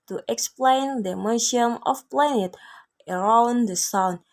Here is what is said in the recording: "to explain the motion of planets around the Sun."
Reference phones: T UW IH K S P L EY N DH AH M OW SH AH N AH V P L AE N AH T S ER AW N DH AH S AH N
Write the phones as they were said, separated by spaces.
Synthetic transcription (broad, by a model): T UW IH K S P L EY N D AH M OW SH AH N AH F P L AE N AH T ER AW N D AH S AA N